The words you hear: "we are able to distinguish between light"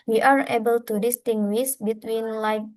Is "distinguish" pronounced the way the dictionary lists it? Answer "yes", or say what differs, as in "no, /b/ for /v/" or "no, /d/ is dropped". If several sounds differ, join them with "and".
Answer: no, /s/ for /ʃ/